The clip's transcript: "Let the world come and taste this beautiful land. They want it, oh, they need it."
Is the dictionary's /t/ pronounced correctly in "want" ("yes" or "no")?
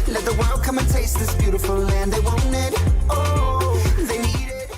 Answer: no